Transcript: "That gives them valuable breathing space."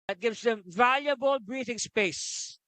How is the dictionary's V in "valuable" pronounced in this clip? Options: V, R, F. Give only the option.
V